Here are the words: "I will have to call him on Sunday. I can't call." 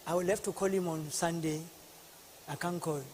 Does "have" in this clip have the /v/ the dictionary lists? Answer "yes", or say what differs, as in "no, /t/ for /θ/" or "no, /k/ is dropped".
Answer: no, /f/ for /v/